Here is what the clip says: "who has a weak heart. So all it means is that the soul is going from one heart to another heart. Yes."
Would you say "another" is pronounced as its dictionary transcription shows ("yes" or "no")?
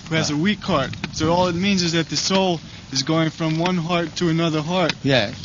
yes